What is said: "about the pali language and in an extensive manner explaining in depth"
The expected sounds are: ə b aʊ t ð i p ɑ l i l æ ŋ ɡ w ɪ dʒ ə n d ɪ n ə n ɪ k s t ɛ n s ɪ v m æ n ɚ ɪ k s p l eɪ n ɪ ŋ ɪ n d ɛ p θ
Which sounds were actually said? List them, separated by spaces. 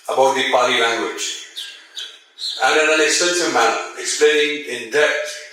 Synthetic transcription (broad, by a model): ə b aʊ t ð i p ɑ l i l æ ŋ ɡ w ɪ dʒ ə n ɪ n ə n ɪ s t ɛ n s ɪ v m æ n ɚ ɪ k s p l eɪ n ɪ ŋ ɪ n d ɛ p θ